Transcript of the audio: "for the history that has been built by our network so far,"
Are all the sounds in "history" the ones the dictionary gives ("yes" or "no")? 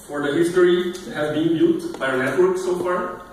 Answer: no